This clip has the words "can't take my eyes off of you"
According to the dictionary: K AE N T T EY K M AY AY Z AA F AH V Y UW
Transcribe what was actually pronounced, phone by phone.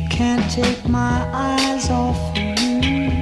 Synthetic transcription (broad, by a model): K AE N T T EY K M AY AY Z AA F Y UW